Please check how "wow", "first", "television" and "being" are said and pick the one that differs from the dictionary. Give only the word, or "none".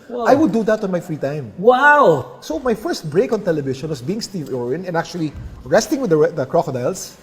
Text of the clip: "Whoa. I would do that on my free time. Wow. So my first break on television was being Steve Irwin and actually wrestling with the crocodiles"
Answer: television